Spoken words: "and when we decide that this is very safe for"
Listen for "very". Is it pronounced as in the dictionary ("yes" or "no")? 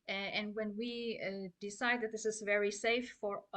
yes